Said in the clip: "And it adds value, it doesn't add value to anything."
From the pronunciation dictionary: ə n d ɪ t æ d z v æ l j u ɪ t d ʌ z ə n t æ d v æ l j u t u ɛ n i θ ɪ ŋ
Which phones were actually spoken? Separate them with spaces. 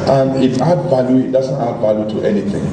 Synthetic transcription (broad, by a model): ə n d ɪ t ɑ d v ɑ l j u ɪ t d ʌ z ə n t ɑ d v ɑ l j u t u ɛ n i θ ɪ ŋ